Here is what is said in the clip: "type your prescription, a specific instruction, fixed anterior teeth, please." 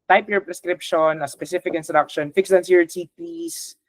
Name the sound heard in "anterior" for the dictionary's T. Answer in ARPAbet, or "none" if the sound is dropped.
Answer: S